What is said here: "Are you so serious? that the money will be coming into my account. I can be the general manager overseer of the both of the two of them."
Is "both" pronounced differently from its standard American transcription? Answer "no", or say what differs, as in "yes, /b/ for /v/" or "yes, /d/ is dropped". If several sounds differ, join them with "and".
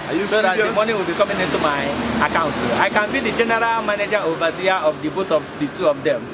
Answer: yes, /t/ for /θ/